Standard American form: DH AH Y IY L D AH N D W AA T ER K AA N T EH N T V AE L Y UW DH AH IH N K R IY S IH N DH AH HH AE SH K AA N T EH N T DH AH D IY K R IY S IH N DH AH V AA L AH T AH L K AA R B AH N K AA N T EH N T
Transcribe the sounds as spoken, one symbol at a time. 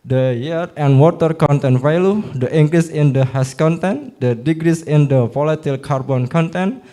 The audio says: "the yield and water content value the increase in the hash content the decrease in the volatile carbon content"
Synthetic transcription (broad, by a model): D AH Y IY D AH N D W AA T ER K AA N T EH N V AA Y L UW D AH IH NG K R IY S IH N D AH HH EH S K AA N T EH N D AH D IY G R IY S IH N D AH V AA L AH T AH L K AA R B AH N K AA N T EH N